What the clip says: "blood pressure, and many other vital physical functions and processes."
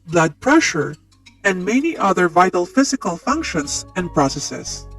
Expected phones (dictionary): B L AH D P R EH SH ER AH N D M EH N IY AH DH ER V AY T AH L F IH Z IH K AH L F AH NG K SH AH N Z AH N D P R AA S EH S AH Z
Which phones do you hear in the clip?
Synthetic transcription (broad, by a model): B L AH D P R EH SH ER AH N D M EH N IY AH DH ER V AY T AH L F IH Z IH K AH L F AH NG K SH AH N S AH N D P R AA S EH S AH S